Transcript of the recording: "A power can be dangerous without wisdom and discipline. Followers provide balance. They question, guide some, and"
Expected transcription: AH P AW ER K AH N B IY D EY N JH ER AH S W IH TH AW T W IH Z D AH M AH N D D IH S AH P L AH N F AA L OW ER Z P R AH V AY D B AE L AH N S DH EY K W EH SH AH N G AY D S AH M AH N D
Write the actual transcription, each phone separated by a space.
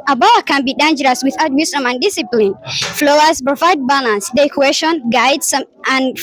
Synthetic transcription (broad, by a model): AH B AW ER K AH N B IY D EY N JH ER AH S W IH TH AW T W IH S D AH M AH N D D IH S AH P L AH N F L OW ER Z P R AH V AY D B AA L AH N S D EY K W EH SH AH N G AY D S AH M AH N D